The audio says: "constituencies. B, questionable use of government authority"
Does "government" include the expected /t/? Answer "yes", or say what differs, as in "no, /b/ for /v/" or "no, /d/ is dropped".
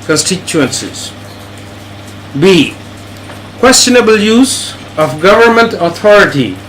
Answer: yes